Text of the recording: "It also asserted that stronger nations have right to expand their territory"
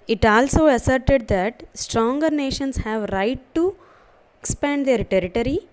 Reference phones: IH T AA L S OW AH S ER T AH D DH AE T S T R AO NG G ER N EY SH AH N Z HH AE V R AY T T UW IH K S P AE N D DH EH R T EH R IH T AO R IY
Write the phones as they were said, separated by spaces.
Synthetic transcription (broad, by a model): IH T AA L S OW AH S ER T AH D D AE T S T R AO NG G ER N EY SH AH N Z HH AE V R AY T T UW IH K S P AE N D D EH R T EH R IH T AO R IY